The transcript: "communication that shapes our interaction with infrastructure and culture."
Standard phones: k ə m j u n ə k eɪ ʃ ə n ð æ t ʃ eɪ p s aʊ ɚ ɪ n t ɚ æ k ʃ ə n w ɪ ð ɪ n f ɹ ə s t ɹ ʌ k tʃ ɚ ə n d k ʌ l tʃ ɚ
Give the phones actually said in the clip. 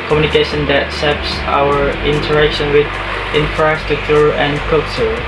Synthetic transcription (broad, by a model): k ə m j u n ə k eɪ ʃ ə n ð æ t s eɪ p s aʊ ɚ ɪ n t ɚ æ k ʃ ə n w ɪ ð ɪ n f ɹ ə s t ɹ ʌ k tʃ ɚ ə n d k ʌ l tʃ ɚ